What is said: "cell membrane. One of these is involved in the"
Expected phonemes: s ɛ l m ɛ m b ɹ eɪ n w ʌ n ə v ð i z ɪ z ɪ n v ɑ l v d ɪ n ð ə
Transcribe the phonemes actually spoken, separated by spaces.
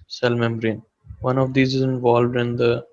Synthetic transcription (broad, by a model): s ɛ l m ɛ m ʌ ɹ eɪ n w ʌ n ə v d i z ɪ z ɪ n v ɑ l v d ɪ n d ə